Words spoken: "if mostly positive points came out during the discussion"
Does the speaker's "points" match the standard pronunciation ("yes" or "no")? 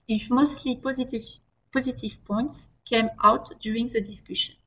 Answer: yes